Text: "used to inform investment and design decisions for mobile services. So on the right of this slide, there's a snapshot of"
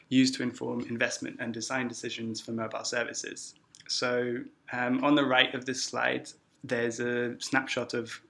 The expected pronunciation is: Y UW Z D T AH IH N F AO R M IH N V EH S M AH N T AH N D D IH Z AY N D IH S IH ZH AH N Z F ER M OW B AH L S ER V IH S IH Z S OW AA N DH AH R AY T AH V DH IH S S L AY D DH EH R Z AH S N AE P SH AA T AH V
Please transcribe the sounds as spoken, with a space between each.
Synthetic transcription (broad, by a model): Y UW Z T AH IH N F AO M IH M V EH S M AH N T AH N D D IH Z AY N D IH S IH ZH AH N Z F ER M OW B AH L S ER V IH S IH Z S OW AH N DH AH R AY T AH V DH IH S S L AY D DH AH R Z AH S N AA P SH AA T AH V